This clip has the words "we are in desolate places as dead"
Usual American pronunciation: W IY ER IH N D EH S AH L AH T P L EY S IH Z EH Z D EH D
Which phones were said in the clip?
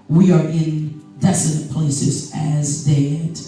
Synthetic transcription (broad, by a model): W IY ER IH N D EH S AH N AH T P L EY S IH Z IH Z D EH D